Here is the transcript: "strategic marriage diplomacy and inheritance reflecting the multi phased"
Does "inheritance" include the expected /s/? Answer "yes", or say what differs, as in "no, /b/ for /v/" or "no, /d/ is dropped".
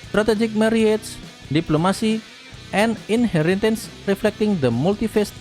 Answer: yes